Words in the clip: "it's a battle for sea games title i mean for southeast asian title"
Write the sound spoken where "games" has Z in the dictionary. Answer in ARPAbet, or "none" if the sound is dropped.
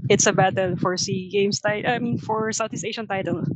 S